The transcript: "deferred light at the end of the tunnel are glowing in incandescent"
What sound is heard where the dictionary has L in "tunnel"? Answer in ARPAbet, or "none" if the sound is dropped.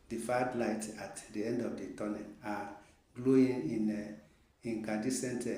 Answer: N